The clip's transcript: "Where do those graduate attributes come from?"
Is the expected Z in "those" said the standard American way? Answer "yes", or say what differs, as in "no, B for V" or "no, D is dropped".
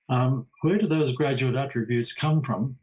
yes